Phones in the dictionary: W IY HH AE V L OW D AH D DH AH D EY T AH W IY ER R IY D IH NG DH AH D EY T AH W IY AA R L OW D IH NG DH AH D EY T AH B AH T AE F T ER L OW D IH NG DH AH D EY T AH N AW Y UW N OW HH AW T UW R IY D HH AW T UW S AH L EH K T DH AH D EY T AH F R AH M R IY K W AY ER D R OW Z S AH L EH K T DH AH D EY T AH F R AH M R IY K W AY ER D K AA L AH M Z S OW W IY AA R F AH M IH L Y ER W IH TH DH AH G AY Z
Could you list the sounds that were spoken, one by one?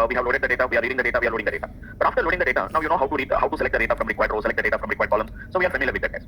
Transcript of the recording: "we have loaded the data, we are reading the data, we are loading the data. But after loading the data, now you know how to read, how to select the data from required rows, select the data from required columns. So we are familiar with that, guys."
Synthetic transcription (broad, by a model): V IY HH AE V L OW D AH D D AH D EY T AH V IY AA R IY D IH NG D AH D EY T AH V IY AA R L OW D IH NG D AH D EY T AH B AH T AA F T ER L OW D IH NG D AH D EY T AH N AW Y UW N OW HH AW T UW R IY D HH AW T UW S AH L EH K T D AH D EY T AH F R AH M R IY K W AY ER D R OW S AH L EH K T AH D EY T AH F R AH M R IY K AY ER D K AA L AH M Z S OW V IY AA R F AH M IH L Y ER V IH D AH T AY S